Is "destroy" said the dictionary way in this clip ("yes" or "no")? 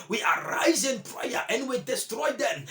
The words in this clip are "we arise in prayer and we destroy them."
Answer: yes